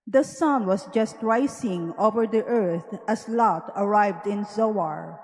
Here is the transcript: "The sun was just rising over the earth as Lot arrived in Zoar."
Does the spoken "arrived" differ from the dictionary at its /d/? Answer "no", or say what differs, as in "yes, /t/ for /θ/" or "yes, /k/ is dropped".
no